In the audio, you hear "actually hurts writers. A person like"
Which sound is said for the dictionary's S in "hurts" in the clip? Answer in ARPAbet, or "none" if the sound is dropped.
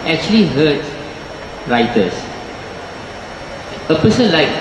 none